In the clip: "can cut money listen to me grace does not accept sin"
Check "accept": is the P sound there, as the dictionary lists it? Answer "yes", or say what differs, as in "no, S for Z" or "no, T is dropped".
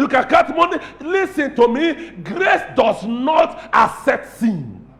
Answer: no, P is dropped